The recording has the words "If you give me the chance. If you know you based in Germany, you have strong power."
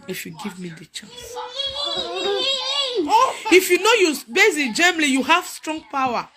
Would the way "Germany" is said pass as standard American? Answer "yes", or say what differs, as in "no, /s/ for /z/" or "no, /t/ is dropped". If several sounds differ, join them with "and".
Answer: no, /l/ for /n/